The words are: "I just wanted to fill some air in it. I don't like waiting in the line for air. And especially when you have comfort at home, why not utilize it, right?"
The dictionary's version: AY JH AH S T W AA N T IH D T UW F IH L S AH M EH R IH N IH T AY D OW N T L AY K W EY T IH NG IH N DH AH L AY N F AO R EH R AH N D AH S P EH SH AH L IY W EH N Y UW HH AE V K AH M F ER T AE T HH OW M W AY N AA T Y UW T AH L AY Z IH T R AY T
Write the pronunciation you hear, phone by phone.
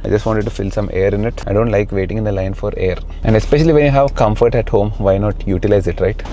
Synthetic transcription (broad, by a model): AY JH AH S T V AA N T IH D T UW F IH L S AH M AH R IH N IH T AY D OW N T L AY K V EY T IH NG IH N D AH L AY N F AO R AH R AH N D AH S P EH SH AH L IY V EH N Y UW HH AE V K AH M F ER T AE T HH OW M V AY N AA T Y UW T AH L AY Z IH T R AY T